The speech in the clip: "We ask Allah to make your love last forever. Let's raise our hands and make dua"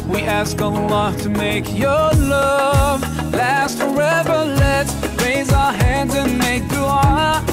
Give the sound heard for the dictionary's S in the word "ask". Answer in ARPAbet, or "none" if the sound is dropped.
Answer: S